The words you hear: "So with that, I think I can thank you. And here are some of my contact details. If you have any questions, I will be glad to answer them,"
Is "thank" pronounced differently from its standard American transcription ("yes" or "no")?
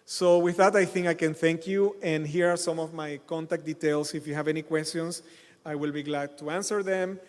no